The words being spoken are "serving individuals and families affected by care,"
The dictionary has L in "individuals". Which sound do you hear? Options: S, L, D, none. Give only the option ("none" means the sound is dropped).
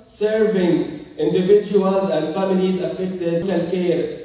L